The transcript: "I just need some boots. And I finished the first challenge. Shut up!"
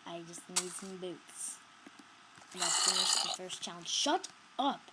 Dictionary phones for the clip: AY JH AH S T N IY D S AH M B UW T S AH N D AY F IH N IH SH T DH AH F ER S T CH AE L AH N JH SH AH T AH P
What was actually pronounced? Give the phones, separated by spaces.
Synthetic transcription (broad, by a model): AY JH AH S T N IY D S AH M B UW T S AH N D AY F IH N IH SH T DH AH F ER S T CH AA AH N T SH AH T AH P